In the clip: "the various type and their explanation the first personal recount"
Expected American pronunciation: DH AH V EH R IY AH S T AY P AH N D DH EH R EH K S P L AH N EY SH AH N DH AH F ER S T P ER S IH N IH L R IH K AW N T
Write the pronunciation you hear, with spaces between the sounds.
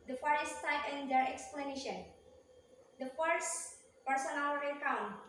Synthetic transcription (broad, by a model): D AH F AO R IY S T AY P AH N D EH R EH K S P L AH N EY SH AH N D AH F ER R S P ER S IH N IH L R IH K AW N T